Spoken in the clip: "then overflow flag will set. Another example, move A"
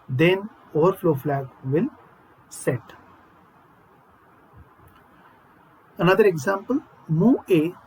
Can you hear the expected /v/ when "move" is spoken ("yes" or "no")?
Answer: no